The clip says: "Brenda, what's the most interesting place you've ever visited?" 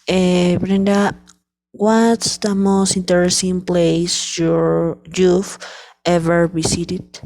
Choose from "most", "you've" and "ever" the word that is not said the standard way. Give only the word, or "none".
you've